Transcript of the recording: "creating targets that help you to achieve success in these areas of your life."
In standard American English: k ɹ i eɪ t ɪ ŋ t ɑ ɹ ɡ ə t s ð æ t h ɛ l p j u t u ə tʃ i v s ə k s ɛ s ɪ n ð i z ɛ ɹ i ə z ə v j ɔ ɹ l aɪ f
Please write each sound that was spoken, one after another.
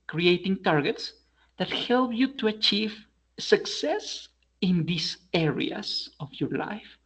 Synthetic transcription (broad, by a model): k ɹ i eɪ t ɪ ŋ t ɑ ɹ ɡ ə t s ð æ t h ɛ l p j u t u ə tʃ i v s ə k s ɛ s ɪ n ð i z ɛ ɹ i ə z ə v j ɔ ɹ l aɪ f